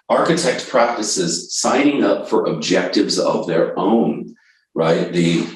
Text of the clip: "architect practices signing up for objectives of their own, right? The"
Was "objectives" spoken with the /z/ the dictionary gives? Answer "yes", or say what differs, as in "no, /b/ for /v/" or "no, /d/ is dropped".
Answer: yes